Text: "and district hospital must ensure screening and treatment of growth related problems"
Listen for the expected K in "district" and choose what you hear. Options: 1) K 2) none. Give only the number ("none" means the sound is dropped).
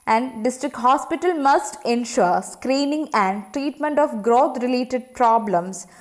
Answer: 1